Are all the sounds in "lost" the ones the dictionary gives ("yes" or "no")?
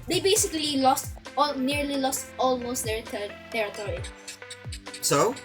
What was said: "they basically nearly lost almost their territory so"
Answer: yes